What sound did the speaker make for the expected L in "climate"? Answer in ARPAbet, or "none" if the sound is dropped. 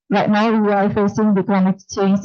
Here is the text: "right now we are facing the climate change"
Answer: none